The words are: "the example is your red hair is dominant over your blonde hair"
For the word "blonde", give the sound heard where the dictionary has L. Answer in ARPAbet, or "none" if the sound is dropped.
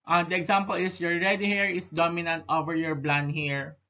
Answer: L